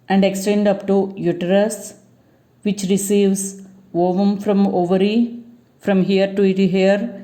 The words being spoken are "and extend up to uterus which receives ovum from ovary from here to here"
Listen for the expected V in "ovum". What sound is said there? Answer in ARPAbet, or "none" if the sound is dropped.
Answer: V